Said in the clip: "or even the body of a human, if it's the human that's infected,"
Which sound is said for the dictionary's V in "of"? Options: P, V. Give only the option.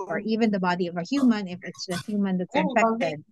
V